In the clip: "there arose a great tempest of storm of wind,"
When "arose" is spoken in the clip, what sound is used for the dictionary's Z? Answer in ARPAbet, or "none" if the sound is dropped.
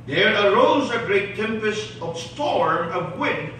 Z